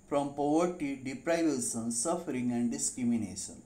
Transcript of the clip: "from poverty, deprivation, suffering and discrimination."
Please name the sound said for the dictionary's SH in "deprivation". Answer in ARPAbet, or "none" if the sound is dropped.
S